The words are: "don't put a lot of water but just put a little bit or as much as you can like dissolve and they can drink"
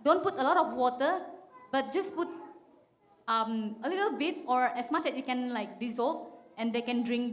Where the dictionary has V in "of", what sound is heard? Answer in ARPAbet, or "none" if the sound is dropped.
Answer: F